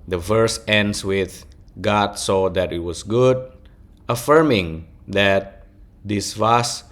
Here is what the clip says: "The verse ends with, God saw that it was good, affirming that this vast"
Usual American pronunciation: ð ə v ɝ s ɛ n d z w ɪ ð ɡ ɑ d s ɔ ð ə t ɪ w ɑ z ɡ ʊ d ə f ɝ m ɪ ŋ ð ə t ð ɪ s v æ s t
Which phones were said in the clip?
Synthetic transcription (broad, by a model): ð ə v ɝ s ɛ n d s w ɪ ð ɡ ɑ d s ɔ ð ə t ɪ w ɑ s ɡ ʊ d ə f ɝ m ɪ ŋ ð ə t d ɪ s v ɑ s